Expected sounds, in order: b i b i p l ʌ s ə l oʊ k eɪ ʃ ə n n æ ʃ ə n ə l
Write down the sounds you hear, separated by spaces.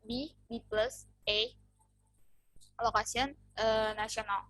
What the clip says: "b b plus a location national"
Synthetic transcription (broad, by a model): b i b i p l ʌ s ə l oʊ k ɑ s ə n n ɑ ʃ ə n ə l